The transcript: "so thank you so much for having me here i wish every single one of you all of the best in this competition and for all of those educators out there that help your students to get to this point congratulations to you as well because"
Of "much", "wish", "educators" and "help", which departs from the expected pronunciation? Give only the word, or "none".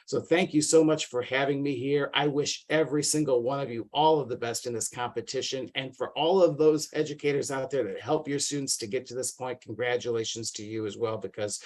none